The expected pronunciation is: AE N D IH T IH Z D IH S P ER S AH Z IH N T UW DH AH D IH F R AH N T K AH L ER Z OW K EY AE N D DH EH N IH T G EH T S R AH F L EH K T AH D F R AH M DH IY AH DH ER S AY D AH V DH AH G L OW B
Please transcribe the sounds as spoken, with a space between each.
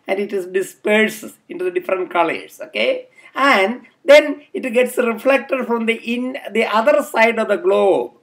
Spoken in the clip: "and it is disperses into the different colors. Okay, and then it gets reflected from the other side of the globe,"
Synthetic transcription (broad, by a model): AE N D IH T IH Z D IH S P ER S IH N T UW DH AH D IH F R AH N T K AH L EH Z OW K EY AE N D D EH N IH T G EH T S R AH F L EH K T AH D F R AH M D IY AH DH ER S AY D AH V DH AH G L OW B